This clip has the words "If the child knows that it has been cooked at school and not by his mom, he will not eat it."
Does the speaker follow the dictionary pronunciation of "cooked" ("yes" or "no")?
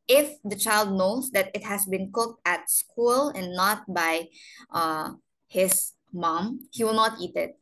yes